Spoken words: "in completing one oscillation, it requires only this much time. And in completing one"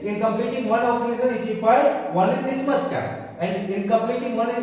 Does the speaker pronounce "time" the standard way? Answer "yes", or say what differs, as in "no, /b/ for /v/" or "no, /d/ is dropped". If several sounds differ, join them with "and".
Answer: no, /m/ is dropped